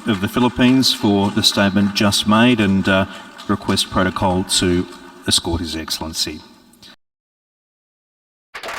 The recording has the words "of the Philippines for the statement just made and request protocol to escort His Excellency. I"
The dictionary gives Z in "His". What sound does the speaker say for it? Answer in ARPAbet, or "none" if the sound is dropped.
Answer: Z